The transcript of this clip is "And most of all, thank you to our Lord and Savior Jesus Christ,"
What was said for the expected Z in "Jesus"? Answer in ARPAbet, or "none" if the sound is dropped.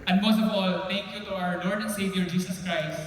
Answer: S